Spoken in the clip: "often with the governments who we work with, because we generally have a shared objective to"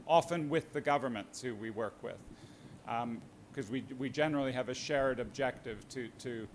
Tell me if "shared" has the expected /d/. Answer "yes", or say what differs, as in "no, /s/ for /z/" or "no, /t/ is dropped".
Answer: yes